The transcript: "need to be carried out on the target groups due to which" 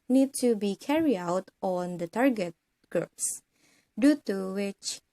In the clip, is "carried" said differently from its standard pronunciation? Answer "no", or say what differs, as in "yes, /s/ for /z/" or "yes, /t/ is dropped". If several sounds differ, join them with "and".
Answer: yes, /d/ is dropped